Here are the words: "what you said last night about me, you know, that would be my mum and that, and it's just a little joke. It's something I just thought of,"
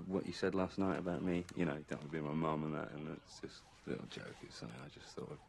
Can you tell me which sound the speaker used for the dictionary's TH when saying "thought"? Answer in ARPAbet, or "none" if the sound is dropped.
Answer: TH